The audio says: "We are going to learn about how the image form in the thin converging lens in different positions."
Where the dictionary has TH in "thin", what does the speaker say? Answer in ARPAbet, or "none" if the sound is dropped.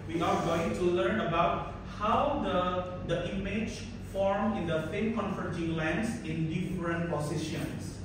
F